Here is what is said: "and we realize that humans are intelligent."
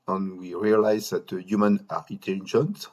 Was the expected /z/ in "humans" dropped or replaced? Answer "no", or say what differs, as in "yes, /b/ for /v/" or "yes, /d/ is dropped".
yes, /z/ is dropped